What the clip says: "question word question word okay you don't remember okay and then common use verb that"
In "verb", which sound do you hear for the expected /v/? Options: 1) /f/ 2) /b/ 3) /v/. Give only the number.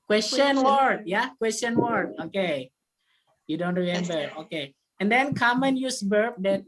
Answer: 2